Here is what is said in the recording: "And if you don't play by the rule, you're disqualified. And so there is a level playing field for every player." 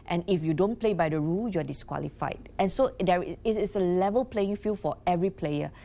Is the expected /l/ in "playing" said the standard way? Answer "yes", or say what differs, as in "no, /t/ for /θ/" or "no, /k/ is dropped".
yes